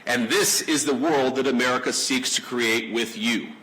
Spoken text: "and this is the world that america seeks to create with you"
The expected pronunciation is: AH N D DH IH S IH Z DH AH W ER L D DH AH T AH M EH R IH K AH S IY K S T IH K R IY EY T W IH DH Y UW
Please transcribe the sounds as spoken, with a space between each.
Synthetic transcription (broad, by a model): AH N DH IH S IH Z DH AH W ER L D DH AH T AH M EH R IH K AH S IY K S T IH K R IY EY T W IH DH Y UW